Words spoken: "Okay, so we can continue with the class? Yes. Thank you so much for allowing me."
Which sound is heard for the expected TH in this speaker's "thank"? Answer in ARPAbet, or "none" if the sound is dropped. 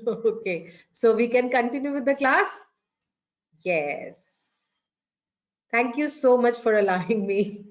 T